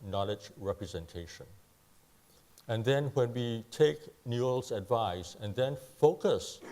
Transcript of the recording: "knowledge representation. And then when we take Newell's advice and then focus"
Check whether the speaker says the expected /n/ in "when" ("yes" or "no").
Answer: yes